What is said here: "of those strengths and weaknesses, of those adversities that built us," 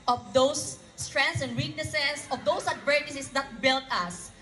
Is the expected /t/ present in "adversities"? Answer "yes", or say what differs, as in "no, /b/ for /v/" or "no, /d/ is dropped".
no, /s/ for /t/